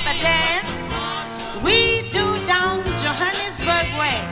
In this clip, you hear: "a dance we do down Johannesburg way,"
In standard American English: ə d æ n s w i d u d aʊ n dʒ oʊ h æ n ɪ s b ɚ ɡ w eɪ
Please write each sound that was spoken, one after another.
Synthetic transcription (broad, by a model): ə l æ s w i d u d aʊ n dʒ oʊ h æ n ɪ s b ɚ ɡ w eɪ